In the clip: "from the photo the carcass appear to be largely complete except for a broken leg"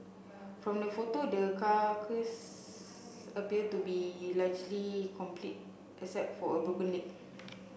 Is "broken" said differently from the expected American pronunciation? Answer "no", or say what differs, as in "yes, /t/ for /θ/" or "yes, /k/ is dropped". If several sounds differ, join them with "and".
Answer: yes, /ɹ/ is dropped